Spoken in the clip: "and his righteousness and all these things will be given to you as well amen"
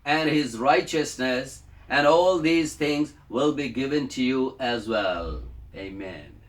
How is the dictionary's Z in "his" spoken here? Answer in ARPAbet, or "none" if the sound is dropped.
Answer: Z